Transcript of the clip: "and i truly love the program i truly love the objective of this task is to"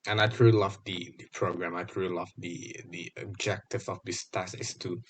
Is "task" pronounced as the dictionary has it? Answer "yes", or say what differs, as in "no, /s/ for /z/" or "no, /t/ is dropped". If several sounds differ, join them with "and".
no, /k/ is dropped